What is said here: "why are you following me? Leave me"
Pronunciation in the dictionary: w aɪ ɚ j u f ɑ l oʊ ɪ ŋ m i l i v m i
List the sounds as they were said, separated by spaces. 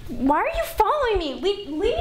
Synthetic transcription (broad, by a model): w aɪ ɚ j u f ɑ l oʊ ɪ ŋ m i w i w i